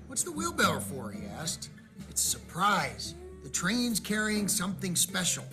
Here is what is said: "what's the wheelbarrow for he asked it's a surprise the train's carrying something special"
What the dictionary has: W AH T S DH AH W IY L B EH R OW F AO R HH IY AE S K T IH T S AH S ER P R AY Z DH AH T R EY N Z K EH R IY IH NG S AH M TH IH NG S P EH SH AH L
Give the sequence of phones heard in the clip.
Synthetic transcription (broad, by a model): W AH T S DH AH W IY L B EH L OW F AO R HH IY AE S K T IH T S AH S ER P R AY Z DH AH T R EY N Z K EH R IY IH NG S AH M TH IH NG S P EH SH L